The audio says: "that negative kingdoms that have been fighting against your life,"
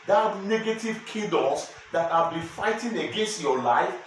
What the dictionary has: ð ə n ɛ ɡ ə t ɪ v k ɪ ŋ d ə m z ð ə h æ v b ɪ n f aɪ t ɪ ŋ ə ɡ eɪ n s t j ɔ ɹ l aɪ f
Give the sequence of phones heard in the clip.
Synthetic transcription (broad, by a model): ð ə n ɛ ɡ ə t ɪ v k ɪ d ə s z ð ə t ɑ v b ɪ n f aɪ t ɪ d ə ɡ eɪ n s t j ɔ l aɪ f